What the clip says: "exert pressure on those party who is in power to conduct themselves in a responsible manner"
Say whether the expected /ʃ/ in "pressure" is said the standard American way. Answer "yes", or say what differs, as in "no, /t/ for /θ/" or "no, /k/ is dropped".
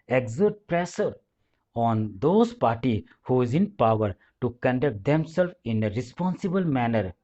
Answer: no, /s/ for /ʃ/